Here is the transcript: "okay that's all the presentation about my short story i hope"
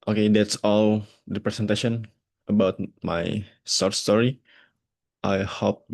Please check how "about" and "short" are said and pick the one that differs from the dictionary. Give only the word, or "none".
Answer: short